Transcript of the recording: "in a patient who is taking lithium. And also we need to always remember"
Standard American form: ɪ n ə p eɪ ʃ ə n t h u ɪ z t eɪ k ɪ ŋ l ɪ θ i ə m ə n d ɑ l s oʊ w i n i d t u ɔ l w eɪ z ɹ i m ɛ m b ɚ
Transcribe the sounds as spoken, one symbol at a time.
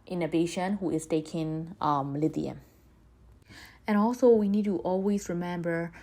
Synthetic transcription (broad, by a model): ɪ n ə b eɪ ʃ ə n h u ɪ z t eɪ k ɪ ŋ l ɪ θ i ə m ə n ɑ l s oʊ w i n i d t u ɔ l w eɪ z ɹ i m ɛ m b ɚ